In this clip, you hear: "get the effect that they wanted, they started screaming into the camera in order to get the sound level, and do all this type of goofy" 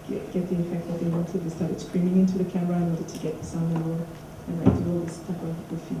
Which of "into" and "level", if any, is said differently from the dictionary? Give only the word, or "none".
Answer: level